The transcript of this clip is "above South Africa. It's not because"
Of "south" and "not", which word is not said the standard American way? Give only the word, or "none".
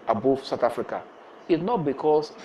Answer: south